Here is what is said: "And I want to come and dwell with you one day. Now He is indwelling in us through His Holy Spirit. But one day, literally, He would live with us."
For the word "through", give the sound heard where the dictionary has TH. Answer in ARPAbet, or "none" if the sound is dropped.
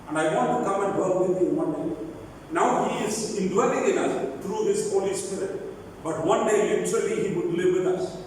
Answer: T